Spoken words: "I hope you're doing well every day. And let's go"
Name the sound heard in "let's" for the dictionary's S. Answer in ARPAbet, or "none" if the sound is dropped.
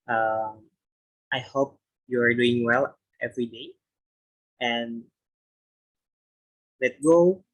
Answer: none